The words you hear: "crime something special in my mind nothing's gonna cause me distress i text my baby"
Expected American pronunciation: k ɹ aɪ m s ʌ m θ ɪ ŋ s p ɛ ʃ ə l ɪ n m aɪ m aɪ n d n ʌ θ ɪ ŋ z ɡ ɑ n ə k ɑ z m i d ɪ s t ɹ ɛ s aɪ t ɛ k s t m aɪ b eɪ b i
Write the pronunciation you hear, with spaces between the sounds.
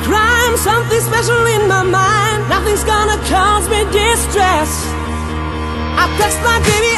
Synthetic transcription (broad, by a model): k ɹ aɪ m s ʌ m θ ɪ ŋ s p ɛ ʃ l ɪ n m aɪ m aɪ n d n ʌ θ ɪ ŋ z ɡ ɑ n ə k ɑ z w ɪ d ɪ s t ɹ ɛ s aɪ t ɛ s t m aɪ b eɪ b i